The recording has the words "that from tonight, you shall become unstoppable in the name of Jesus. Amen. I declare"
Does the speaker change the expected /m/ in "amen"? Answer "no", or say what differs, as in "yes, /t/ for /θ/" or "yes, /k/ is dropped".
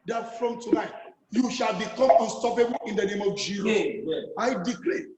yes, /m/ is dropped